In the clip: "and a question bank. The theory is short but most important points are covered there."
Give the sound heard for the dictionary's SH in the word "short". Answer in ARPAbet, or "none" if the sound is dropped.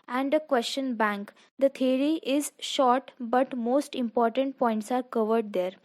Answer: SH